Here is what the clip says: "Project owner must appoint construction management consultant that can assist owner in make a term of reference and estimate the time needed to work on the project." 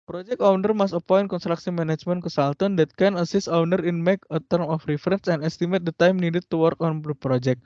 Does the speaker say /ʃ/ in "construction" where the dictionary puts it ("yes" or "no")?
no